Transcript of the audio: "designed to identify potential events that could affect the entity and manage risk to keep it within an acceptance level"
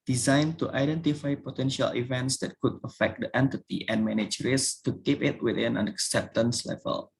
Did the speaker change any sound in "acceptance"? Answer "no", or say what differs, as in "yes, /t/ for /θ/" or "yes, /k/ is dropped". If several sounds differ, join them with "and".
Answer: no